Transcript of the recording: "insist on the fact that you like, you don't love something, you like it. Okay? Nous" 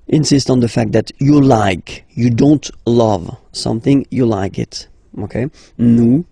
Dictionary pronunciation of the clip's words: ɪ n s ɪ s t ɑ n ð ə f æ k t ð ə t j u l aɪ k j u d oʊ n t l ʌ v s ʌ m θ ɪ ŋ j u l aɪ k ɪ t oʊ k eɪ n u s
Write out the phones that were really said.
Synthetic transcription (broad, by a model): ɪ n s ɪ s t n ð ə f æ k t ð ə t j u l aɪ k j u d oʊ n t l ʌ v s ʌ m θ ɪ ŋ j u l aɪ k ɪ t oʊ k eɪ n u